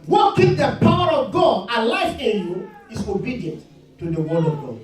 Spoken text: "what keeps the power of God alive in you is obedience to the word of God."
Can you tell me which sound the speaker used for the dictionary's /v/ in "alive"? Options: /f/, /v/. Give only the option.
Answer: /f/